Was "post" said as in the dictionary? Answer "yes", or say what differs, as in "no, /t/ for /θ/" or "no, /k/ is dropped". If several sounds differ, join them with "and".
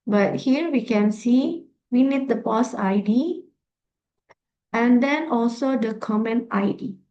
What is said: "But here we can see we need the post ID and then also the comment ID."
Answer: no, /t/ is dropped